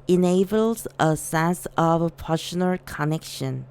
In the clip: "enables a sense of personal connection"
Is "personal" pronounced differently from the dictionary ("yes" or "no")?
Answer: yes